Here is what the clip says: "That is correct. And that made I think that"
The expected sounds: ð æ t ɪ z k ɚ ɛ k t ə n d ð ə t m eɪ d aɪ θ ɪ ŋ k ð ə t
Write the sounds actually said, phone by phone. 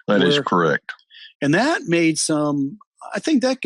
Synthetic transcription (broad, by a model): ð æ t ɪ z k ɚ ɛ k t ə n ð ə t m eɪ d aɪ θ ɪ ŋ k ð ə t